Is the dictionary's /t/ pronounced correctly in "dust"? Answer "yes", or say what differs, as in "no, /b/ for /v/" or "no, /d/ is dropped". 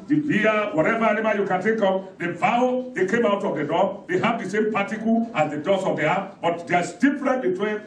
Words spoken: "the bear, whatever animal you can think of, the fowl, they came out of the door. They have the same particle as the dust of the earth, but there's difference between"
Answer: no, /t/ is dropped